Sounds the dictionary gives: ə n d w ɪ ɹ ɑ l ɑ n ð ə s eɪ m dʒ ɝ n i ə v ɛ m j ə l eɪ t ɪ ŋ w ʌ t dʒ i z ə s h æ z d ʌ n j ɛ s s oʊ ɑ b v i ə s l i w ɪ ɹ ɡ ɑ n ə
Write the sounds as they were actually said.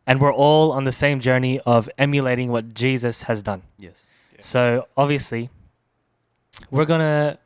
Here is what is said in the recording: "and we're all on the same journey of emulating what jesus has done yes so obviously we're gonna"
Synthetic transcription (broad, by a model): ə n w ɪ ɹ ɑ l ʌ n ð ə s eɪ m dʒ ɝ n i ə v ɛ m j ə l eɪ t ɪ ŋ w ʌ t dʒ i z ə s h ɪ z d ʌ n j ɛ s s oʊ ɑ b v i ə s l i w ɪ ɹ ɡ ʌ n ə